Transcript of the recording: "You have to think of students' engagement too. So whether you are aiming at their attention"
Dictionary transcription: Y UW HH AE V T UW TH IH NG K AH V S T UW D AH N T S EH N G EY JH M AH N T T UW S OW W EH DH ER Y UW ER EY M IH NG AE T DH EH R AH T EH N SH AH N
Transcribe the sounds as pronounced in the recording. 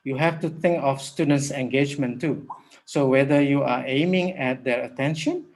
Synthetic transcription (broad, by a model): Y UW HH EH F T UW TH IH NG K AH F S T UW D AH N T S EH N G EY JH M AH N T T UW S OW W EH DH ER Y UW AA EY M IH NG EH T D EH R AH T EH N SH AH N